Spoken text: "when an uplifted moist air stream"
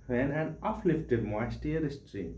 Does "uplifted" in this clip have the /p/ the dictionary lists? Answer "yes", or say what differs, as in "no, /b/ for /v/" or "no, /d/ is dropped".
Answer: no, /f/ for /p/